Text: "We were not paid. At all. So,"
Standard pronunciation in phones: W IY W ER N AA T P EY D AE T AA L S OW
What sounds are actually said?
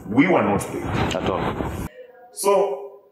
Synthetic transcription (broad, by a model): W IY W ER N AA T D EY AA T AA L S OW